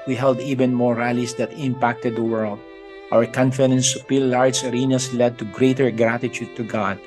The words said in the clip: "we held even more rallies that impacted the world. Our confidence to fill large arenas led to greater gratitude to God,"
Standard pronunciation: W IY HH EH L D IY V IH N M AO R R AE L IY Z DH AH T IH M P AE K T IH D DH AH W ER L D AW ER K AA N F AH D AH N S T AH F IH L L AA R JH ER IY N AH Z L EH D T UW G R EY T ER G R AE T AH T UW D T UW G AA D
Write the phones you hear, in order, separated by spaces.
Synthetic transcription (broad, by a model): W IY HH EH L D IY V IH N M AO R R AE L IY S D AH T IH M P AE K T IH D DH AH W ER L D AW ER K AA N F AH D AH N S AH P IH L L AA R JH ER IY N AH S L EH D T UW G R EY T ER G R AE T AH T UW D T UW G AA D